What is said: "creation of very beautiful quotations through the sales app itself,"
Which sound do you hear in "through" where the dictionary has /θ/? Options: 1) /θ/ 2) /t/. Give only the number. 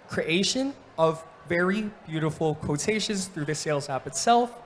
1